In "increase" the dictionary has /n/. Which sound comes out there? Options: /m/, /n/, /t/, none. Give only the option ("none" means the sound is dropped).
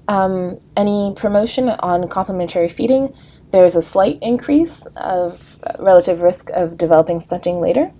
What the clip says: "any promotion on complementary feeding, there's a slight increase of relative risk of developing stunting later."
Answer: /n/